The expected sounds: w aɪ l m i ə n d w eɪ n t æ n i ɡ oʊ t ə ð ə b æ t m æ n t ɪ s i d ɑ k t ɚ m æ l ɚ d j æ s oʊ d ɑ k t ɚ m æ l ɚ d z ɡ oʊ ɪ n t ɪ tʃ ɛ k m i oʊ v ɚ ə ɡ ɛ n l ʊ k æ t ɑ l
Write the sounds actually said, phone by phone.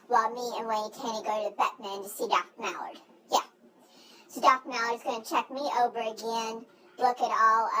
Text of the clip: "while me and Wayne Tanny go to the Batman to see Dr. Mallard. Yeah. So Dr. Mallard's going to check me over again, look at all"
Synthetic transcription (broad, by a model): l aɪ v m i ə n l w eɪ t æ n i ɡ oʊ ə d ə b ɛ t m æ n t ɪ s i d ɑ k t m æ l ɚ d j æ s oʊ d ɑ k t m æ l ɚ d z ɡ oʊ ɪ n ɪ tʃ ɛ k m i oʊ v ɚ ə ɡ ɛ n l ʊ k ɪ t ɑ l